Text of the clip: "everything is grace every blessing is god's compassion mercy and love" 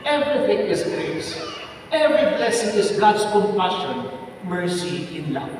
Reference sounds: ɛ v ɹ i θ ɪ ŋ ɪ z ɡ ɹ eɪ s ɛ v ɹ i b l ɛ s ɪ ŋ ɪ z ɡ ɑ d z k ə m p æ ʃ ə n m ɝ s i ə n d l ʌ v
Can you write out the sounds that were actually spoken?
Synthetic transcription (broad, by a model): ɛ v ɹ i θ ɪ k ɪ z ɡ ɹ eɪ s ɛ v ɹ i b l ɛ s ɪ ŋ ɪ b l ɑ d s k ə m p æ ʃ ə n m ɝ s i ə n l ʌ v